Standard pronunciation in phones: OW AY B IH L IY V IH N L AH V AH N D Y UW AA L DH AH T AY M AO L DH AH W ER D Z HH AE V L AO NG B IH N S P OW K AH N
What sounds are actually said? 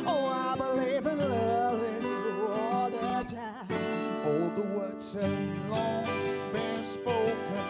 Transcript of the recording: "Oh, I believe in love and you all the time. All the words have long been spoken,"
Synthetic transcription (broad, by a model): OW AY B IH L IY V IH N L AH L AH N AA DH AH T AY AO L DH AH W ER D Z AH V L AO NG B IH N S P OW K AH N